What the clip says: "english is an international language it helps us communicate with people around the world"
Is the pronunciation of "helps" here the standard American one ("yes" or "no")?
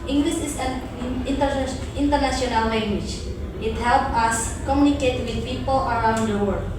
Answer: no